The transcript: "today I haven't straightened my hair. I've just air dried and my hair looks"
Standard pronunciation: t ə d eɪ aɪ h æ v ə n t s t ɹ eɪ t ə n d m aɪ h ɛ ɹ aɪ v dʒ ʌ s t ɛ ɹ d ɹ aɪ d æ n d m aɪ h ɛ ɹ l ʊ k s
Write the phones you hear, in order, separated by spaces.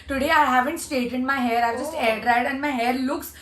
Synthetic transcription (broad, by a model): t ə d eɪ aɪ h æ v ə n t s t eɪ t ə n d m aɪ h ɛ ɹ aɪ v dʒ ʌ s t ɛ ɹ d ɹ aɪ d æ n m aɪ h ɛ ɹ l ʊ k s